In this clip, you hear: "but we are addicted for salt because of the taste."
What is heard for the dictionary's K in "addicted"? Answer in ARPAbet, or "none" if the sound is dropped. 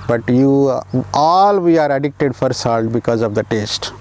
K